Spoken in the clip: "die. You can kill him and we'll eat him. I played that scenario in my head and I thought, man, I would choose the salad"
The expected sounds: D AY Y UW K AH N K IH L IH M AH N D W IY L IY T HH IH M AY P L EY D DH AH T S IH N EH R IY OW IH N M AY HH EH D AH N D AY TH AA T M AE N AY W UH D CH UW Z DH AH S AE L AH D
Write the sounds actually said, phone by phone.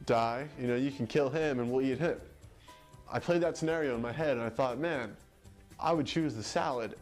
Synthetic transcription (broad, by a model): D AY Y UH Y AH N K IH L IH M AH N W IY L IY T HH IH M AY P L EY D DH AH T S IH N EH R IY OW IH N M AY HH EH D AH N AY TH AA T M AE N AY W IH D CH UW Z DH AH S AE L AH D